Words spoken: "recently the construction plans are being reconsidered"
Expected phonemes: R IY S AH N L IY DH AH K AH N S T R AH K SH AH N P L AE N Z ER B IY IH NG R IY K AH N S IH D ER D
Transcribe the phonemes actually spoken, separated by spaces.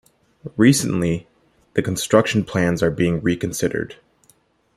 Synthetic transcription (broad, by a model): R IY S AH N L IY DH AH K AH N S T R AH K SH N P L AE N Z ER B IY IH NG R IY K AH N S IH D ER D